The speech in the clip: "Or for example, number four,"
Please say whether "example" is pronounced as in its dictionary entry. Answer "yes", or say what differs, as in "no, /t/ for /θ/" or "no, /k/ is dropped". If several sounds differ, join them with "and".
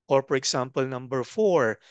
no, /s/ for /z/